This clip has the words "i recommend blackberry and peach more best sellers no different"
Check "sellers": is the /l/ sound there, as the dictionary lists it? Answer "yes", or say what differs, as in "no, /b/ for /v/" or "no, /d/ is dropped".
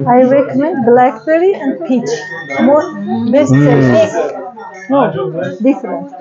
no, /l/ is dropped